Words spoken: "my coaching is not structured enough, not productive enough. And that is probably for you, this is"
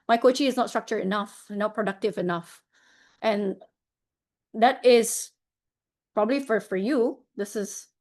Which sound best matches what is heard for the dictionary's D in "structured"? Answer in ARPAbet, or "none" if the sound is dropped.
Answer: none